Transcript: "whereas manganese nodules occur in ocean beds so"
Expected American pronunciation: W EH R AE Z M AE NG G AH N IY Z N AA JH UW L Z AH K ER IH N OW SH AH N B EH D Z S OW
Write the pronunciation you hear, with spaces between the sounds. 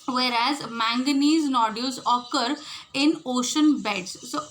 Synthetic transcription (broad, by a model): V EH R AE Z M AE NG G AH N IY Z N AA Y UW Z AH K ER IH N OW SH AH N B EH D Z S OW